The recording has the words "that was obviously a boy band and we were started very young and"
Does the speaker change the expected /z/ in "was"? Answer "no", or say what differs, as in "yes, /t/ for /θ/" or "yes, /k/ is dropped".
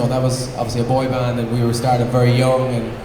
no